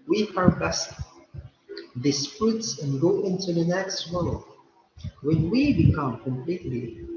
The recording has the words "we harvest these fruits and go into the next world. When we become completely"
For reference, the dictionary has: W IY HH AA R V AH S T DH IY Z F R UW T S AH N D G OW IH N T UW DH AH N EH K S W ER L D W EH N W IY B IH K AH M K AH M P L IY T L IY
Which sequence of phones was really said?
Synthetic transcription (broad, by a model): W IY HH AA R B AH S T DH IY S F R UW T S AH N G OW IH N T UW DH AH N EH K S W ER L W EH N W IY B IH K AH M K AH M P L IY T L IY